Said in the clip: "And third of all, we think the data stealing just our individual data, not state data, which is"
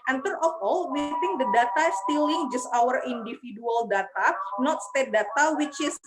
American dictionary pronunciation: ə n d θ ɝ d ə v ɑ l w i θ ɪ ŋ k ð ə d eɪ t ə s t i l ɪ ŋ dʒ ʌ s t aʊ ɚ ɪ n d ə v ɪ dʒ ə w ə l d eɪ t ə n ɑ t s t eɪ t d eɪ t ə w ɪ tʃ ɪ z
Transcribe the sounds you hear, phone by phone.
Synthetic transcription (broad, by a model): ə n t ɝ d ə f ɑ l w i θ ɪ ŋ k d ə d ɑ t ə s t i l ɪ ŋ dʒ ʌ s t aʊ ɚ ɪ n d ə f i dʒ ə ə l d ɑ t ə n ɑ t s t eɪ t d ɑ t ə w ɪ tʃ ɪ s